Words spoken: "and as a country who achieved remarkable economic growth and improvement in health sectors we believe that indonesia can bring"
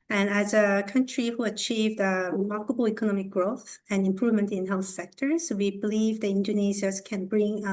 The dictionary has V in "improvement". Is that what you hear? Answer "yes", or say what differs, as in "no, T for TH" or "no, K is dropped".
yes